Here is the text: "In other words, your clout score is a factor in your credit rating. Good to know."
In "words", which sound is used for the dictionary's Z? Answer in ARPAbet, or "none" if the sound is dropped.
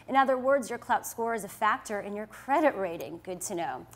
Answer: Z